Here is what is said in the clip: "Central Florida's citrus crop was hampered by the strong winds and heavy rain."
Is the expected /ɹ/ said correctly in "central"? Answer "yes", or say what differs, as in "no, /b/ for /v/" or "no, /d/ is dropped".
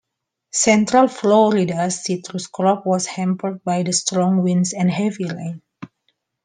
yes